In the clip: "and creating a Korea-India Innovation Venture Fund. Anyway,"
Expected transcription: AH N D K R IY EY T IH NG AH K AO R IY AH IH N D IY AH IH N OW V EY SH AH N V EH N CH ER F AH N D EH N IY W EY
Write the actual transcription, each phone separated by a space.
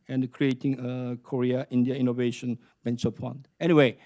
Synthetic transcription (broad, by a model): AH N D K R IY EY T IH NG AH K AO R IY AH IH N D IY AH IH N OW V EY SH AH N B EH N S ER P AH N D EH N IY W EY